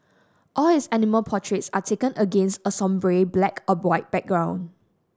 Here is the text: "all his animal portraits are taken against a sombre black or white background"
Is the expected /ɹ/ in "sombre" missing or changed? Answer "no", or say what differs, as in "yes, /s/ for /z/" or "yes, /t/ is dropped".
no